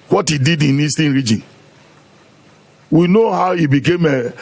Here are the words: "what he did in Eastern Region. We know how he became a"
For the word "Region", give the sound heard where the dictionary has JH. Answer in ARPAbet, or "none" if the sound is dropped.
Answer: JH